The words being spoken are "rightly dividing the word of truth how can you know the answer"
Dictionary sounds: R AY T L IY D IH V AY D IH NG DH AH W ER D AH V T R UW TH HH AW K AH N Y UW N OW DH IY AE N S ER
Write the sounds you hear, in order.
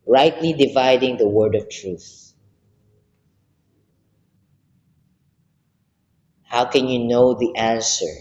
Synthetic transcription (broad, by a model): R AY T L IY D IH V AY D IH NG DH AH W ER D AH V T R UW TH HH AW K AH N Y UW N OW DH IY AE N S ER